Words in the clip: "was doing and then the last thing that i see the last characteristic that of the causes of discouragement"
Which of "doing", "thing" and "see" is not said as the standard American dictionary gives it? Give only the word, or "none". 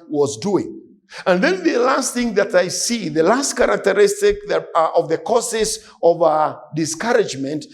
none